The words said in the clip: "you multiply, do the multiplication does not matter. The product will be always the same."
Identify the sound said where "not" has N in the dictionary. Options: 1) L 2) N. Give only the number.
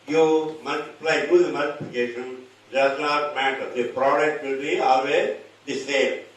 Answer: 1